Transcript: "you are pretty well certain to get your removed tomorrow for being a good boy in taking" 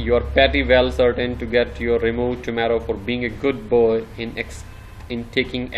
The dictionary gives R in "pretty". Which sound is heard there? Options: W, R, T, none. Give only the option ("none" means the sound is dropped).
none